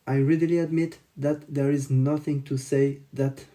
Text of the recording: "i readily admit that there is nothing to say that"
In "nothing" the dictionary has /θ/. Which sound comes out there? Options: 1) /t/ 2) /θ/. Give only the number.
2